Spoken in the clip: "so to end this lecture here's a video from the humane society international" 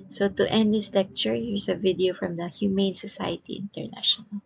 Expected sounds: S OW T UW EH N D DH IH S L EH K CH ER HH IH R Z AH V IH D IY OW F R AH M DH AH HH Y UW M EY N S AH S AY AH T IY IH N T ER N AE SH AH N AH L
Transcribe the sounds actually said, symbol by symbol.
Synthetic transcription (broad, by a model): S OW T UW EH N D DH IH S L EH K CH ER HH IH R S AH V IH D IY OW F R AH M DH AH HH Y UW M EY N S AH S AY AH T IY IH N T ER N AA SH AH N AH L